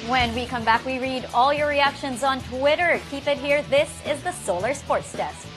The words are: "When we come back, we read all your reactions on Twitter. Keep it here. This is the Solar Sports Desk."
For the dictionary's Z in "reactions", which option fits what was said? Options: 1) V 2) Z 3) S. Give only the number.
2